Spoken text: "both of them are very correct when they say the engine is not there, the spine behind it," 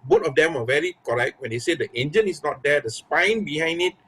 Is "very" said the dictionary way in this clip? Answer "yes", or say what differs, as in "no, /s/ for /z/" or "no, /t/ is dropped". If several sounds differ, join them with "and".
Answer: yes